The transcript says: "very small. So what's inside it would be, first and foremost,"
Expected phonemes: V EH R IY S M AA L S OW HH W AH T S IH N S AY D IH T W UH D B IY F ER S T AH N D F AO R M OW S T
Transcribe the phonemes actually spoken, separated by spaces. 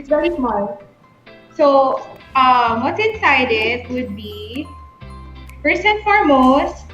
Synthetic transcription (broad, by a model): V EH R IY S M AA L S OW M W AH T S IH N S AY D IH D W UH D B IY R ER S AH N F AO R M OW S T